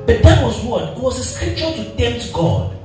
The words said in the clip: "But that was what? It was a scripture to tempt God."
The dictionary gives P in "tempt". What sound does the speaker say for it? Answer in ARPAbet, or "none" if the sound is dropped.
none